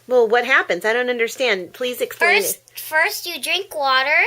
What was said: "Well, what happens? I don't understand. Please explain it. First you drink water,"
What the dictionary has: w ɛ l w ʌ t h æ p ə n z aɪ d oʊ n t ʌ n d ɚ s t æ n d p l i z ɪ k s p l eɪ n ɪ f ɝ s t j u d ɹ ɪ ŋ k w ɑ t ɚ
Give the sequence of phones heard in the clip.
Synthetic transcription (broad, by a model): w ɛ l w ʌ t h æ p ə n z aɪ d oʊ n t ʌ n d ɚ s t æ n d p l i z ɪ k s p l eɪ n f ɝ s t j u d ɹ ɪ ŋ k w ɑ t ɚ